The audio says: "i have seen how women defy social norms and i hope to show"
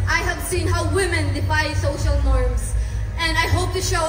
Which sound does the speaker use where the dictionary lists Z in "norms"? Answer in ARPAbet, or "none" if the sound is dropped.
S